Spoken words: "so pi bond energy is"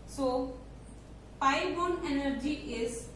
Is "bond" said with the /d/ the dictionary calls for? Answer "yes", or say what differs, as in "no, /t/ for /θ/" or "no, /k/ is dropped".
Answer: no, /d/ is dropped